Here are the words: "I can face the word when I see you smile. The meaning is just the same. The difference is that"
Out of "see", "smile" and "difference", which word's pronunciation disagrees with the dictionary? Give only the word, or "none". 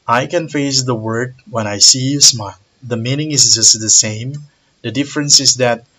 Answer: none